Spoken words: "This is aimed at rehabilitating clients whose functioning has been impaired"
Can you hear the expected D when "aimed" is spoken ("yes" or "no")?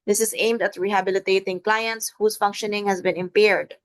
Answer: yes